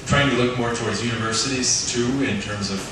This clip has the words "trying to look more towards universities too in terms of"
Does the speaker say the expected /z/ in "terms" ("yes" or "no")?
yes